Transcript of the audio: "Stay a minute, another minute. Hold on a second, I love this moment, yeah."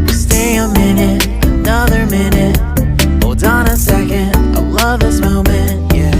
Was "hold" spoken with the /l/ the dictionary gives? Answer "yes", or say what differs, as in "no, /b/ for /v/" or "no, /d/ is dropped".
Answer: no, /l/ is dropped